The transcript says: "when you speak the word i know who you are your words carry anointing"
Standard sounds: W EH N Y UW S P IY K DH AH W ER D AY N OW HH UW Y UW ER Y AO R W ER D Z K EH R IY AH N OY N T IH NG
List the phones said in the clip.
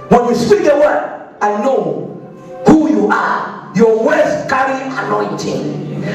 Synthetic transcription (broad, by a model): W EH N Y UW S P IY K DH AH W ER AY N OW HH UW Y UW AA Y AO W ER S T K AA R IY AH N OY N T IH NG